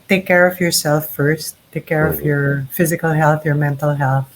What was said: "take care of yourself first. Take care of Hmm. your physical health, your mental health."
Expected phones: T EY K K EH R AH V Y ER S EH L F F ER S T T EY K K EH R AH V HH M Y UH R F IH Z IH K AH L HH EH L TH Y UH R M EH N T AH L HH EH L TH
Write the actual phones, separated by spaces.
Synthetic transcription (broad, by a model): T EY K K EH R AH V Y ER S EH L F F ER S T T EY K K EH R AH V Y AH R F IH Z IH K AH L HH EH L TH Y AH R M EH N T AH L HH EH L TH